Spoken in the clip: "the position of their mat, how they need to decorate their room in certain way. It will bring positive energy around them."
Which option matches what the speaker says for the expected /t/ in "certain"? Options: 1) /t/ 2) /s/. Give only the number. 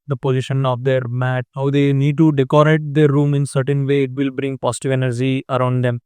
1